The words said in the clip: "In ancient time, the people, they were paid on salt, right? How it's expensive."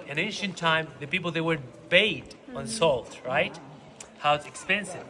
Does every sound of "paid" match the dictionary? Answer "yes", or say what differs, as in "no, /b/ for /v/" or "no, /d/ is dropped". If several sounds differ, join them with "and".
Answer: no, /b/ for /p/